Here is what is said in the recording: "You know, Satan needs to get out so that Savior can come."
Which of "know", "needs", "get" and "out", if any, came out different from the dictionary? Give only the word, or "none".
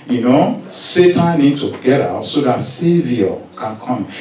needs